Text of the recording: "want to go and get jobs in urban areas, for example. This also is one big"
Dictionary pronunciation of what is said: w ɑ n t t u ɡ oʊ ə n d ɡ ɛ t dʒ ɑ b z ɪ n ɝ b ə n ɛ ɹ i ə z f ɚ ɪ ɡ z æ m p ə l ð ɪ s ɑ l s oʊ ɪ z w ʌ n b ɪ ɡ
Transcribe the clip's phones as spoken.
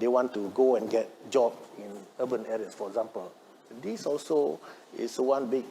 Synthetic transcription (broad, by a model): w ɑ n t t u ɡ oʊ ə n ɡ ɛ t dʒ ɑ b ɪ n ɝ b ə n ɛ ɹ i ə s f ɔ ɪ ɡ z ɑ m p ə l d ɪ s ɑ l s oʊ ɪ s w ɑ n b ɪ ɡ